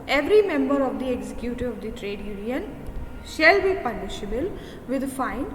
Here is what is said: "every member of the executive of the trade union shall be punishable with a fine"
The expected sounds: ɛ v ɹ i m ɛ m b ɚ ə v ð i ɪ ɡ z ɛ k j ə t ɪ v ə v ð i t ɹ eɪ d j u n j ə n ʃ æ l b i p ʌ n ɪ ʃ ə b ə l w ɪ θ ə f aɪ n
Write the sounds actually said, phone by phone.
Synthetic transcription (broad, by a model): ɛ v ɹ i m ɛ m b ɚ ə v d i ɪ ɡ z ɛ k j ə t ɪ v ə v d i t ɹ eɪ d j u n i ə n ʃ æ l b i p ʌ l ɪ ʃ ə b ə l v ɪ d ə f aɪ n